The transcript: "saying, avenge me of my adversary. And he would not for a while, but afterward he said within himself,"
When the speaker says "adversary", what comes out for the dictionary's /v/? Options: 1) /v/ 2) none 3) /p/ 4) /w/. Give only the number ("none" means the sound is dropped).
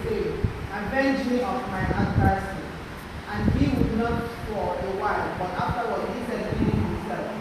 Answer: 3